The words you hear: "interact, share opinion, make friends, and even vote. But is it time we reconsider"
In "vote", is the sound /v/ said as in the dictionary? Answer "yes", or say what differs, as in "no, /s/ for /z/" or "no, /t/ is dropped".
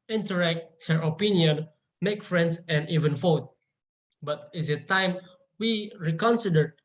no, /f/ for /v/